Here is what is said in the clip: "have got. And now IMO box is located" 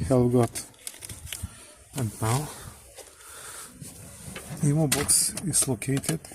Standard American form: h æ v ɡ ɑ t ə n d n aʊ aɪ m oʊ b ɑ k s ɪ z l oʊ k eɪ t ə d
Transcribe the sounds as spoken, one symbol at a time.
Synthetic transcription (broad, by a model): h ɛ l ɡ ɑ t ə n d n aʊ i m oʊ b ɑ k s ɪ s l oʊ k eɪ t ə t